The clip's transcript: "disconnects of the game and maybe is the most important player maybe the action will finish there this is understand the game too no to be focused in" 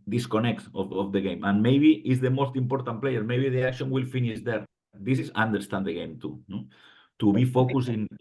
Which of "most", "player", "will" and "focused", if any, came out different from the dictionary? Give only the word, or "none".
focused